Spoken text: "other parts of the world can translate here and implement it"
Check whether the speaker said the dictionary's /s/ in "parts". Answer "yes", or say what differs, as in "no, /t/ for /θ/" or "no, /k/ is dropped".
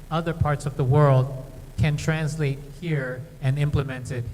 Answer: yes